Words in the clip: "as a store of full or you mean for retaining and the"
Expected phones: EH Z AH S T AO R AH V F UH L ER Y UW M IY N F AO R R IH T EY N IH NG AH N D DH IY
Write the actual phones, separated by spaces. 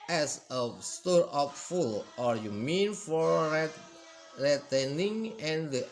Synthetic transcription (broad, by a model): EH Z AH S T AO R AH P F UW L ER Y UW M IY N F AO R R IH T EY N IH NG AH N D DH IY